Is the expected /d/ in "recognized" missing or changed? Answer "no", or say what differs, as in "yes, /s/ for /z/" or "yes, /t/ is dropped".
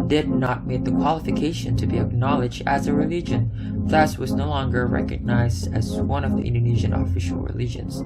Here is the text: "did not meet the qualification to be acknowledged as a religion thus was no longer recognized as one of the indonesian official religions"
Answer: no